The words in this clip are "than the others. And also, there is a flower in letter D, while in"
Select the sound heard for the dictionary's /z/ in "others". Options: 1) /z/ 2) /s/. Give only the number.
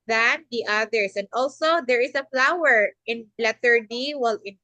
2